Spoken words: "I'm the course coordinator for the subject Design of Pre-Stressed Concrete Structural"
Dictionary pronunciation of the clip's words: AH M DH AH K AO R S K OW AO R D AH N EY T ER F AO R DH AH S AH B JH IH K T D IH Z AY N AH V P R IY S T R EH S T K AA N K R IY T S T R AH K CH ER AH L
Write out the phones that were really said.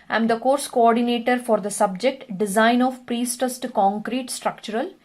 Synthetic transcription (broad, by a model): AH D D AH K AO R S K OW AO R D AH N EY T ER F AO R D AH S AH B JH IH K T D IH Z AY N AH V P R IY S T AH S T K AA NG K R IY T S T R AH K CH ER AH L